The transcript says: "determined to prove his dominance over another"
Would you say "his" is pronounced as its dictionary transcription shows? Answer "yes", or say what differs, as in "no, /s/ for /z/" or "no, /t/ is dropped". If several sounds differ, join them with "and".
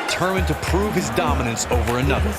yes